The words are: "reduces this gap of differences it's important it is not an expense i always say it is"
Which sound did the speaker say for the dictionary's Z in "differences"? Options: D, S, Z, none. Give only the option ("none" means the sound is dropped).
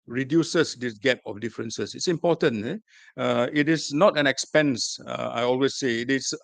S